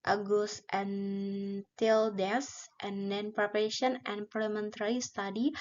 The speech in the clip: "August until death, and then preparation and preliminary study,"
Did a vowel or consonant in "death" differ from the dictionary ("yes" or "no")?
yes